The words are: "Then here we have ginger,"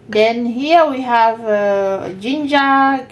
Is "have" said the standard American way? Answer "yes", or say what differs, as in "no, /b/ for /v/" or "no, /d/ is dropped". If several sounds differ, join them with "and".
yes